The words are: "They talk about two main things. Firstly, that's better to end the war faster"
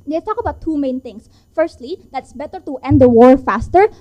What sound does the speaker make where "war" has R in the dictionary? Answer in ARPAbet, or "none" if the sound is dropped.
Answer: R